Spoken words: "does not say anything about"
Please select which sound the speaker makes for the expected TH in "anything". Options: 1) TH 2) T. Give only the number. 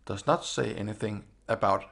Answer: 1